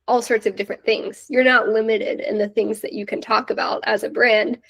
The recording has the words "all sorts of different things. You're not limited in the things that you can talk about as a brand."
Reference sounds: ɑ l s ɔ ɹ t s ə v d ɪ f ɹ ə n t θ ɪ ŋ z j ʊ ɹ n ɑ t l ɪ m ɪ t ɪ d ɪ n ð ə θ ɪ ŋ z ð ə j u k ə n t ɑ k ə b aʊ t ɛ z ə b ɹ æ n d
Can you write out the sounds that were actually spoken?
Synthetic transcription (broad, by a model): ɑ l s ɔ ɹ t s ə v d ɪ f ɹ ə n θ ɪ ŋ z j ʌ ɹ n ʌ t l ɪ m ɪ t ɪ d ɪ n ð ə θ ɪ ŋ z ð ə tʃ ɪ k ə n t ɑ k ə b aʊ t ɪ z ə b ɹ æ n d